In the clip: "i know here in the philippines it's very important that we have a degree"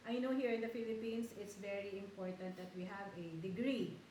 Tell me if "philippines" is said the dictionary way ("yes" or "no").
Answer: no